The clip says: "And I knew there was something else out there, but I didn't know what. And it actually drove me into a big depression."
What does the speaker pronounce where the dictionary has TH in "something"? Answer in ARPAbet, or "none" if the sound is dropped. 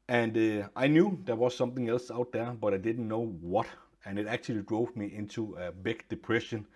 TH